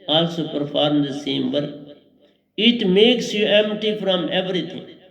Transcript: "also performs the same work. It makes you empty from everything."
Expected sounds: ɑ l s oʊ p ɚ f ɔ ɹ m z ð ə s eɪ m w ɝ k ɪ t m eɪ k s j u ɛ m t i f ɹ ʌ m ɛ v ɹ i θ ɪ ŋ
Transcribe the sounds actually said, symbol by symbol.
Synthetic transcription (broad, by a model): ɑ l s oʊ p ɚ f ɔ ɹ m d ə s eɪ m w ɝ ɪ t m eɪ k s j u ɛ m t i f ɹ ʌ m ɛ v ɹ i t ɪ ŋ